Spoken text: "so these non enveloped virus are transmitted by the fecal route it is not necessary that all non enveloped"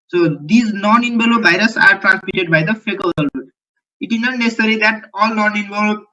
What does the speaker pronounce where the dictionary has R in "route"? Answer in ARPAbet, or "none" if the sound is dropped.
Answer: L